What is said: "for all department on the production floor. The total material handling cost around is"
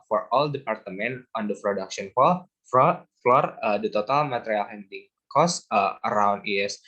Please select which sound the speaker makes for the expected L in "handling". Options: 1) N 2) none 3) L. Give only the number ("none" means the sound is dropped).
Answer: 2